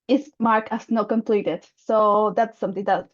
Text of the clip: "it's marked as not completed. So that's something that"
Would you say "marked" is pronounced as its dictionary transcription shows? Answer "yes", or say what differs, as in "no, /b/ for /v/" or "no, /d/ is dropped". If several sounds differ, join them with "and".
no, /t/ is dropped